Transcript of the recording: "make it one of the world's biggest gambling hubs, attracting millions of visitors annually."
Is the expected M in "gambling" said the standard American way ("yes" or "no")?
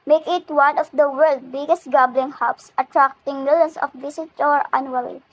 no